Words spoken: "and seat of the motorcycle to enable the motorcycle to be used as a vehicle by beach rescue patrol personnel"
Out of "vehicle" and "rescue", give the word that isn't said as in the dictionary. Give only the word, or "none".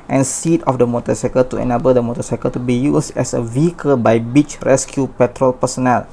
none